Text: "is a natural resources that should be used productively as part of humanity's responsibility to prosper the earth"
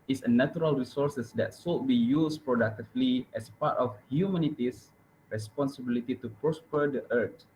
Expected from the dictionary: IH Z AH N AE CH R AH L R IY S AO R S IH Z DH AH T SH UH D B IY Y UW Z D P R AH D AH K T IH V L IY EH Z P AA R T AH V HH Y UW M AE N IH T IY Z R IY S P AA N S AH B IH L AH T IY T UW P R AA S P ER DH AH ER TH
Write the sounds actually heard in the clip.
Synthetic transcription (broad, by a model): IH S AH N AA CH R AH L R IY S AO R S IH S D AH T S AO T B IY Y UW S P R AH D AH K T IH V L IY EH S P AA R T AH F HH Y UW M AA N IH T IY S R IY S P AA N S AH B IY L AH T IY T UW P R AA S P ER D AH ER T